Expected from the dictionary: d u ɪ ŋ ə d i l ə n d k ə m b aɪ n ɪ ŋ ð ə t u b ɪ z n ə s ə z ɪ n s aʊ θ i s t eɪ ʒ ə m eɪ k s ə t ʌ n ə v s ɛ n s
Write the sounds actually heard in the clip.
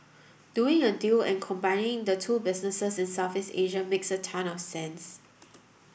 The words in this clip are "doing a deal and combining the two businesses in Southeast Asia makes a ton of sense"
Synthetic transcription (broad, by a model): d u ɪ ŋ ə d i l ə n k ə m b aɪ n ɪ ŋ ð ə t u b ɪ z n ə s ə s ɪ n s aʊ f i s eɪ ʒ ə m eɪ k s ə t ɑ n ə f s ɛ n s